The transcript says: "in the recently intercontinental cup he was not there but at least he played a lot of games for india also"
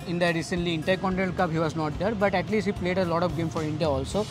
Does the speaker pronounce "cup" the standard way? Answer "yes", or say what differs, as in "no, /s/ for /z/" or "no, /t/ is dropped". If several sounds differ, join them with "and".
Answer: no, /b/ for /p/